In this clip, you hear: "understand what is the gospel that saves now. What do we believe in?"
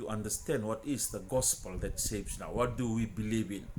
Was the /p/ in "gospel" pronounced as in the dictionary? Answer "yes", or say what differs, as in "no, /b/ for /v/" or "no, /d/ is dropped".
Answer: yes